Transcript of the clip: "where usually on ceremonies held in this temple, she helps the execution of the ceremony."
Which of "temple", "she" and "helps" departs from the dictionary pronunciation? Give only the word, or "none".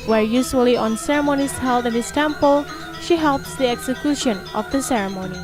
none